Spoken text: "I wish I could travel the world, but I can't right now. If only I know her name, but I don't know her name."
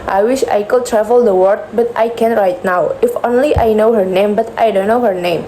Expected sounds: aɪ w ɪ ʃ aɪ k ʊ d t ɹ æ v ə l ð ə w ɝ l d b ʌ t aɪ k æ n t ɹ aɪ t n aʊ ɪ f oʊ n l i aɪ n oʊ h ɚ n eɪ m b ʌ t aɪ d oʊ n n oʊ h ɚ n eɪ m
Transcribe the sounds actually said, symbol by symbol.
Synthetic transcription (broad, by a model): aɪ w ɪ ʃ aɪ k ʊ d t ɹ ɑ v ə l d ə w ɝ d b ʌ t aɪ k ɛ n ɹ aɪ t n aʊ ɪ f oʊ n l i aɪ n oʊ h ɚ n eɪ m b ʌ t aɪ d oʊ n n oʊ h ɚ n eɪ m